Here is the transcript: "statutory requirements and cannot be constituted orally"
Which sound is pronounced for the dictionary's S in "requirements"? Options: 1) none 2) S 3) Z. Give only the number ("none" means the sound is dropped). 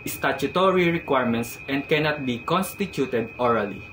2